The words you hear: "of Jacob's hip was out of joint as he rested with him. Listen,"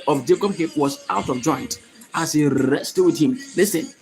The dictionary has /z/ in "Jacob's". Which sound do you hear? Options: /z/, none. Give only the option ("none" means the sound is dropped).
none